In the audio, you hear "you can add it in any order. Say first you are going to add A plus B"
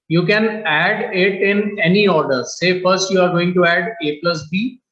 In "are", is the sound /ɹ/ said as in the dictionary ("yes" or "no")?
yes